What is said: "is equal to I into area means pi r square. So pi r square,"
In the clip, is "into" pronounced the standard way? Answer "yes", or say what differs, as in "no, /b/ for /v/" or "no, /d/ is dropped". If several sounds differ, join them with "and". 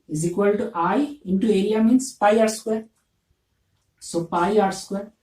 yes